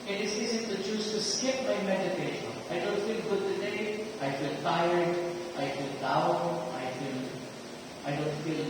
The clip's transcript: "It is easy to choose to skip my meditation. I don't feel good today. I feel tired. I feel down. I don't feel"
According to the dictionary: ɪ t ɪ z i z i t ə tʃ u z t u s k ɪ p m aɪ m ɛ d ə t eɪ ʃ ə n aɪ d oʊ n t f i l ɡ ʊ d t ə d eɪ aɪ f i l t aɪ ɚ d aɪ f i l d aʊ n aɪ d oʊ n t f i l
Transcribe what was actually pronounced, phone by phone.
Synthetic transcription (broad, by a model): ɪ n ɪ s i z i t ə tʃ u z t u s k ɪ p m aɪ m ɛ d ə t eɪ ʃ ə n aɪ d oʊ n t f i l ɡ ʊ d t ə d eɪ aɪ f i l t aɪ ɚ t aɪ f i l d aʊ l aɪ d oʊ n t f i l